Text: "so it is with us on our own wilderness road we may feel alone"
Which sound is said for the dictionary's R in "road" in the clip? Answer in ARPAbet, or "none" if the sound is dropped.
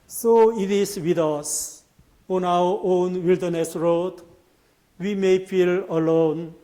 R